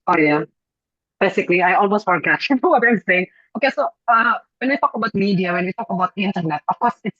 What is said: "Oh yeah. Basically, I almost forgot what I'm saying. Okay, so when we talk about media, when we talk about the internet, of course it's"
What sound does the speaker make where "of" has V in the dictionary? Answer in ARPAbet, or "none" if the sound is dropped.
F